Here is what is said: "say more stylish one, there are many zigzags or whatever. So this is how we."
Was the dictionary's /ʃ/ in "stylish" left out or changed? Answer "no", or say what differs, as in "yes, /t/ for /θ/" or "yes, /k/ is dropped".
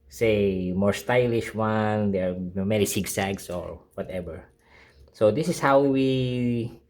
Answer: no